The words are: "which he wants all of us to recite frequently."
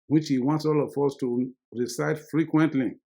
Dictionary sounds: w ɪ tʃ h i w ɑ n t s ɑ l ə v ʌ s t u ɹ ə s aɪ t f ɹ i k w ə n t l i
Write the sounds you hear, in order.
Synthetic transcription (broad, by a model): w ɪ tʃ h i w ɑ n t s ɑ l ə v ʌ s t u ɹ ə s aɪ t f ɹ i k w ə n t l i